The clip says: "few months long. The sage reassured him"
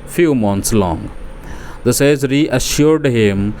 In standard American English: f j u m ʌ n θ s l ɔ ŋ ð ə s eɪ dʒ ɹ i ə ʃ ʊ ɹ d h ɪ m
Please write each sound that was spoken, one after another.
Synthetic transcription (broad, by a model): f j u m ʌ n t s l ɔ ŋ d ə s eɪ z ɹ i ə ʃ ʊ ɹ d h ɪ m